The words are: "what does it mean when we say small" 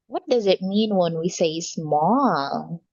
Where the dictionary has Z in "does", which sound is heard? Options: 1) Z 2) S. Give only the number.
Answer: 1